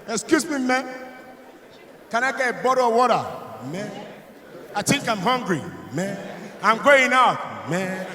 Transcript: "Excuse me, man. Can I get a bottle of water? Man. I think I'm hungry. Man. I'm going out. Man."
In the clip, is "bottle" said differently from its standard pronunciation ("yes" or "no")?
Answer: yes